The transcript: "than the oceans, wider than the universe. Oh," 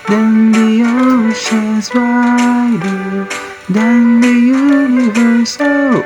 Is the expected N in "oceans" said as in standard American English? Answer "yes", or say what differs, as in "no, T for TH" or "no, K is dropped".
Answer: no, N is dropped